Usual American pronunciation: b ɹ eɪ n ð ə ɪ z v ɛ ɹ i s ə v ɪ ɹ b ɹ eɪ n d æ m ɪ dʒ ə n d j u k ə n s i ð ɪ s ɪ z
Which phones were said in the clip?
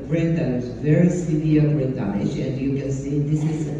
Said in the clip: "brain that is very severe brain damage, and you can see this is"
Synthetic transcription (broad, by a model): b ɹ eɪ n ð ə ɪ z v ɛ ɹ i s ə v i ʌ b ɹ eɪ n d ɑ ɪ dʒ ə n d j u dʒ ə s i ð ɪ s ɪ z